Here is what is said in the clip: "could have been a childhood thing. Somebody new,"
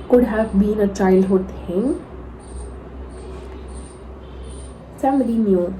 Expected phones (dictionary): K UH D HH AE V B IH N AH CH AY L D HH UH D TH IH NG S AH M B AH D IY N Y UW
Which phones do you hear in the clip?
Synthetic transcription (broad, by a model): K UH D HH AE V B IH N AH CH AY L D HH UH D T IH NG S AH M AH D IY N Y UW